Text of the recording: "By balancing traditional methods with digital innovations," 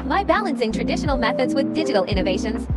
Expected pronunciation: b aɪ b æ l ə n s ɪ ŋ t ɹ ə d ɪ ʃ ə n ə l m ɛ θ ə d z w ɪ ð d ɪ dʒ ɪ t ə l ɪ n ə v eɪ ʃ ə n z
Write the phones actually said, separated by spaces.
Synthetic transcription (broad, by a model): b aɪ b æ l ə n s ɪ ŋ t ɹ ə d ɪ ʃ ə n ə l m ɛ θ ə d z w ɪ ð d ɪ dʒ ɪ t ə l ɪ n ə v eɪ ʃ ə n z